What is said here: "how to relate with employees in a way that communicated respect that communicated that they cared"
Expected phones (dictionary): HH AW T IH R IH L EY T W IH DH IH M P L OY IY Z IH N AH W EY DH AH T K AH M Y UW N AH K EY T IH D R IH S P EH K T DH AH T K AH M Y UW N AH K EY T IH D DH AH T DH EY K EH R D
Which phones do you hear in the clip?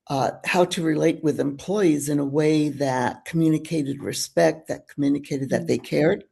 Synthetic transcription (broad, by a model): HH AW T IH R IH L EY T W IH DH IH M P L OY IY Z IH N AH W EY DH AH T K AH M Y UW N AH K EY T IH D R IH S P EH K T DH AH T K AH M Y UW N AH K EY T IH D DH AH T DH EY K EH R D